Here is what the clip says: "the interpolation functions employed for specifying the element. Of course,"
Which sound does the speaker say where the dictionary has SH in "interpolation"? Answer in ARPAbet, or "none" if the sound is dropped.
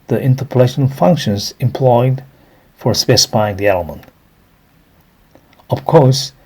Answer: SH